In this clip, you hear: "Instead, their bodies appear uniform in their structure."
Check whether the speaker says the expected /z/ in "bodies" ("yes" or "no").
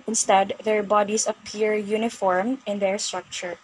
no